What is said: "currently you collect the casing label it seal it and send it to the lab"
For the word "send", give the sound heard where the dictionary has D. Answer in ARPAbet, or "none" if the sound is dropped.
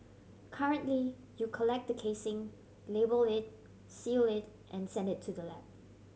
D